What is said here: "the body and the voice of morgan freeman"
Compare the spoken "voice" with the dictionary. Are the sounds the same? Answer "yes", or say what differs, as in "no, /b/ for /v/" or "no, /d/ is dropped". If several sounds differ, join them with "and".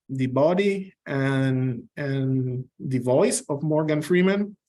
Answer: yes